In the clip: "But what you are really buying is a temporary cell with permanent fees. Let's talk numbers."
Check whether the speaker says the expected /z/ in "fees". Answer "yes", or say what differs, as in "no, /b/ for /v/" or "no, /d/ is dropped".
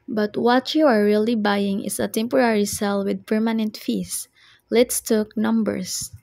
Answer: no, /s/ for /z/